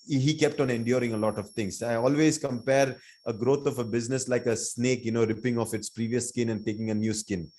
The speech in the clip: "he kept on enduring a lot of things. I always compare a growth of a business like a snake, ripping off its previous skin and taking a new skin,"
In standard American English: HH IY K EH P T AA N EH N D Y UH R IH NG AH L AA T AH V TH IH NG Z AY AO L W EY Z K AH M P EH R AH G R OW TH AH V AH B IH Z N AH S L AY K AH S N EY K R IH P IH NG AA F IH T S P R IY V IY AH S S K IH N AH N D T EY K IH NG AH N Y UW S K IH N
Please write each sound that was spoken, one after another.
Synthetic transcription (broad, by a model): HH IY K EH P T AA N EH N D Y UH R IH NG AH L AA T AH V T IH NG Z AY AO L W EY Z K AH M P EH R AH G R OW T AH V AH B IH Z N AH S L AY K AH S N EY K R IH P IH NG AA F IH T S P R IY V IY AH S S K IH N AH N D T EY K IH NG AH N Y UW S K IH N